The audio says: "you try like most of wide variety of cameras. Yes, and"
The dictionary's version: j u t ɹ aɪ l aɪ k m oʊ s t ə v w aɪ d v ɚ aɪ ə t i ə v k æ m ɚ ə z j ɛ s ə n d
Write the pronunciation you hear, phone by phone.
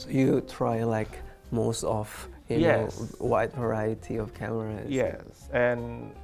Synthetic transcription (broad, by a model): j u t ɹ aɪ l aɪ k m oʊ s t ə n w aɪ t v ɚ aɪ ə t i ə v k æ m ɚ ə j ɛ s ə n